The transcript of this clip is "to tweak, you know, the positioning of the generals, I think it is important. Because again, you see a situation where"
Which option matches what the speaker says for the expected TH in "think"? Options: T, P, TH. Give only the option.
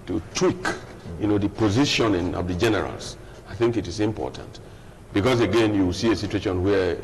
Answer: TH